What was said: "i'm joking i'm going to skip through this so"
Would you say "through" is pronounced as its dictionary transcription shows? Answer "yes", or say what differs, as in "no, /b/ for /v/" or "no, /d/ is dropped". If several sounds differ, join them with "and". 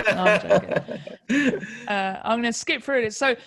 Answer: no, /f/ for /θ/